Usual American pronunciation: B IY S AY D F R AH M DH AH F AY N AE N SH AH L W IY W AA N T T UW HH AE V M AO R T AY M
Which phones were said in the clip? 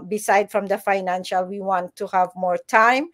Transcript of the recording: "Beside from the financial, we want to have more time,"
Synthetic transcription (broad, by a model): B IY S AY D F R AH M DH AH F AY N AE N SH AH L W IY W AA N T T UW HH AE V M AO R T AY M